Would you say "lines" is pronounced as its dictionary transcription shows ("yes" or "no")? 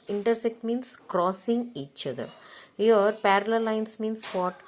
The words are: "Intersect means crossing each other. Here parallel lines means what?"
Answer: no